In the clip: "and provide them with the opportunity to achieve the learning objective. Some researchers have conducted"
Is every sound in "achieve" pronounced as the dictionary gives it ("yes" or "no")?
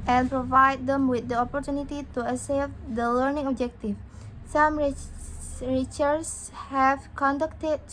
no